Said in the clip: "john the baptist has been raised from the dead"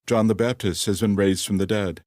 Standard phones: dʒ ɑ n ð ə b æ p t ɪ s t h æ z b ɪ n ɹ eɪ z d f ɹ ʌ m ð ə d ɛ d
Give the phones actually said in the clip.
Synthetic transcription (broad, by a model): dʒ ɑ n ð ə b æ p t ɪ s t h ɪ z b ɪ n ɹ eɪ z d f ɹ ʌ m ð ə d ɛ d